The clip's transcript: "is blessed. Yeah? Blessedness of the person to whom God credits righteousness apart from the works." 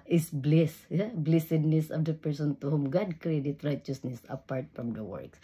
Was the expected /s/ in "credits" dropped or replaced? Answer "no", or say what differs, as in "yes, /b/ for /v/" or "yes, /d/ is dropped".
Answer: yes, /s/ is dropped